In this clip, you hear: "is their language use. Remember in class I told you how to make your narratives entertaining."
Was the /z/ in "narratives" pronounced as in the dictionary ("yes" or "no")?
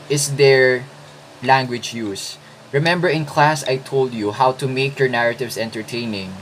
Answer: no